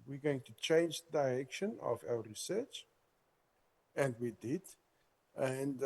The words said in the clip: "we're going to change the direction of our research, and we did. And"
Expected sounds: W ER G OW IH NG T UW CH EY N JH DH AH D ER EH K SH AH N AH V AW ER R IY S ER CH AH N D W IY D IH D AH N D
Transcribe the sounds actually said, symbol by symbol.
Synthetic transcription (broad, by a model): W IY G OW IH NG T UW CH EY N JH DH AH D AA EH K SH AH N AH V AW ER R IY S ER CH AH N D W IY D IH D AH N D